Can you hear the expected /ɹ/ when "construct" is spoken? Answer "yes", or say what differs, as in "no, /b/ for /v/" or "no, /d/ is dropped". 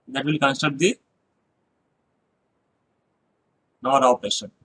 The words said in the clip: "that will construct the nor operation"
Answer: no, /ɹ/ is dropped